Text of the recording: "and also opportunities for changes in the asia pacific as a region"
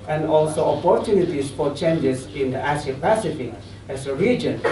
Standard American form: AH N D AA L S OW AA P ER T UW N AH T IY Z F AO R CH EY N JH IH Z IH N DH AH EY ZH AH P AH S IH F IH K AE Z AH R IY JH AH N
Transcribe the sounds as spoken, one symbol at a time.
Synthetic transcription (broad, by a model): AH N D AA L S OW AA P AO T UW N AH T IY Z F AO R CH EY N JH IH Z IH N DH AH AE S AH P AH S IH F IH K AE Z AH R IY JH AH N